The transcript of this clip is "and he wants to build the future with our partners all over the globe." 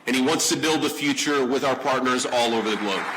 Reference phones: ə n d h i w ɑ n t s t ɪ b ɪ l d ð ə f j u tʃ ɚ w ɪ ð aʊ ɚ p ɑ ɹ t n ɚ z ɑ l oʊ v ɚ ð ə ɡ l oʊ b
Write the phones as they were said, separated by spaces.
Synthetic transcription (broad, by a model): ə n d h i w ɑ n t s t ɪ b ɪ l d ð ə f j u tʃ ɚ w ɪ ð aʊ ɚ p ɑ ɹ t n ɚ z ɑ l oʊ v ɚ ð ə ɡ l oʊ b